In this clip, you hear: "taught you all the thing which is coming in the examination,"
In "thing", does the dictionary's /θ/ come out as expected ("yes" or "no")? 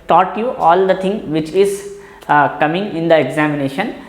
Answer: no